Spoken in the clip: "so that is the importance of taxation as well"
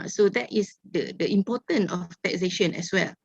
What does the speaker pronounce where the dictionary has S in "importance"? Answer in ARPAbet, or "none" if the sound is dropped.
none